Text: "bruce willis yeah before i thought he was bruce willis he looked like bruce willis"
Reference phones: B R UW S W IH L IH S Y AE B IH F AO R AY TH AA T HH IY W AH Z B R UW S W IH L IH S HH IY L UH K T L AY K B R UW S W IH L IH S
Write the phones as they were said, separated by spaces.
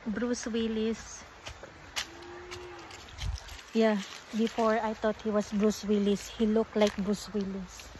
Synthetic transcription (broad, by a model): B R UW S W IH L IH S Y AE B IH F AO R AY T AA T HH IY W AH S B R UW S W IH L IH S HH IY L UH K T L AY K B R UW S W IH L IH S